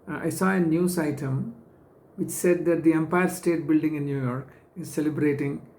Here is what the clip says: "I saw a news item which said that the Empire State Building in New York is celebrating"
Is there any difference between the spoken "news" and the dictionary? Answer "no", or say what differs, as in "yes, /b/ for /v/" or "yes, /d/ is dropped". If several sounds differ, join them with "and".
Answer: yes, /s/ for /z/